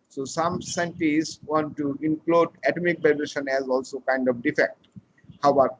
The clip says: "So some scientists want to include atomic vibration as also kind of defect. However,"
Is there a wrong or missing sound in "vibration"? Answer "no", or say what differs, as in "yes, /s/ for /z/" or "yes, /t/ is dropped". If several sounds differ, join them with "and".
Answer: yes, /b/ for /v/